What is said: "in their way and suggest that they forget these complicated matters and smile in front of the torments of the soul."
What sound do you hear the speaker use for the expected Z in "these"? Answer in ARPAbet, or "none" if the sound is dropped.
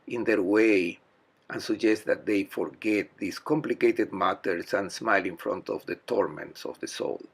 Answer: S